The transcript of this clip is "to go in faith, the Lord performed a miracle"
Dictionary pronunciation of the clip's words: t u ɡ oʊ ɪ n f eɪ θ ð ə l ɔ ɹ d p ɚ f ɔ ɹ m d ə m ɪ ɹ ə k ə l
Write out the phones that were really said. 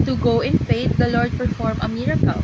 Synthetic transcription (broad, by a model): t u ɡ oʊ ɪ n f eɪ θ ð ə l ɔ ɹ d p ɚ f ɔ ɹ m ə m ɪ ɹ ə k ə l